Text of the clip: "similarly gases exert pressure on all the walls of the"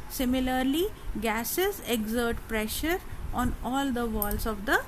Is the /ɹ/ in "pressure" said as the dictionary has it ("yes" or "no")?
yes